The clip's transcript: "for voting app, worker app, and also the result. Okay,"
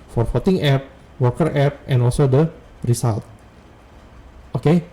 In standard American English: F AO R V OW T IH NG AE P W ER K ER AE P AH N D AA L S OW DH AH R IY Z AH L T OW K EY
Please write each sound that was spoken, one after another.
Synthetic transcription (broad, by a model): F AO R F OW T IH NG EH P W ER K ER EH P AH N AA L S OW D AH R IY S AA L T OW K EY